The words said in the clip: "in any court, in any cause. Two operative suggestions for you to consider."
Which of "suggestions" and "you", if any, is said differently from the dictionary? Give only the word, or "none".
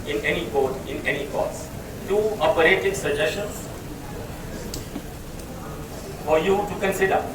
suggestions